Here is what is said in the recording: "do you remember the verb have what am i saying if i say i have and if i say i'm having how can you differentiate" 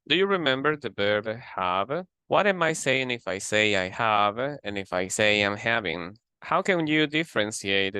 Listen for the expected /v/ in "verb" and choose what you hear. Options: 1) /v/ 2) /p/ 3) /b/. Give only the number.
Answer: 3